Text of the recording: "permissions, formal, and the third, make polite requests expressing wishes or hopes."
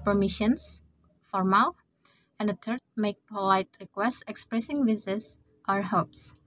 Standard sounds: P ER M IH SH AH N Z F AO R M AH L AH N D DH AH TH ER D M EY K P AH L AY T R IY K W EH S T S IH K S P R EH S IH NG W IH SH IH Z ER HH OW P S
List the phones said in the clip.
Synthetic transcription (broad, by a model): P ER M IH SH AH N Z F AO R M AH L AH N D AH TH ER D M EY K P AH L AY T R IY K W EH S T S IH K S P R EH S IH NG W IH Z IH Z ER HH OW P S